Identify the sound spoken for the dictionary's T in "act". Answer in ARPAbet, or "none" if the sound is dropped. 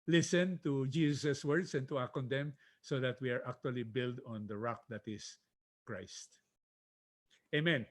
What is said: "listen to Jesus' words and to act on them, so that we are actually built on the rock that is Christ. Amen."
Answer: none